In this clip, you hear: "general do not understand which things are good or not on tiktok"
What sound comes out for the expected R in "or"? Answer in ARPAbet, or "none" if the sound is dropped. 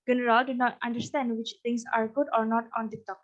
R